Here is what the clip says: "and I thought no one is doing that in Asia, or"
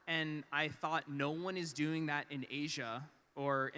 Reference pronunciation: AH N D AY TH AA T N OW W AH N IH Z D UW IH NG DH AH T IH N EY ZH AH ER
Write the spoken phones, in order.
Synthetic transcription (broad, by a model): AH N AY TH AA T N OW W AH N IH Z D UW IH NG DH AH T IH N EY ZH AH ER